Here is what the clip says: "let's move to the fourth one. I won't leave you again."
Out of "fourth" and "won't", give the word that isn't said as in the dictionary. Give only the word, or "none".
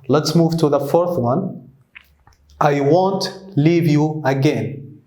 none